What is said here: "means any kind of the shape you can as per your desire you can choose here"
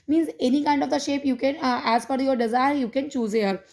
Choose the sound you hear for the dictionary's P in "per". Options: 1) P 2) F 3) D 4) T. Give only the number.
2